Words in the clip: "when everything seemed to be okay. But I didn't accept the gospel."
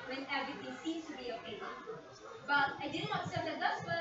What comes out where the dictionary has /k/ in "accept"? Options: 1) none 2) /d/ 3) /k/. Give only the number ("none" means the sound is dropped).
1